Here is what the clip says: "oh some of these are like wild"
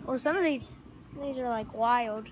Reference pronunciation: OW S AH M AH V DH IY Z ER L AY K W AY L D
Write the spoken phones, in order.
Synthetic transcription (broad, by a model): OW S AH M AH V DH IY Z ER L AY K W AY L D